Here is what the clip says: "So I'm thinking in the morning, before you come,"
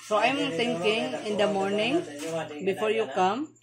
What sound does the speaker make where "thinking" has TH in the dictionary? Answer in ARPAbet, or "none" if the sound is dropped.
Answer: T